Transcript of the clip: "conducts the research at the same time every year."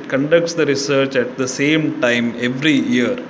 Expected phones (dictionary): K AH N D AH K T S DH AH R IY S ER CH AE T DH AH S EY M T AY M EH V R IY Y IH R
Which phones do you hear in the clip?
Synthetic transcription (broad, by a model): K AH N D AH K T S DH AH R IY S ER CH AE T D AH S EY M T AY M EH V R IY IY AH R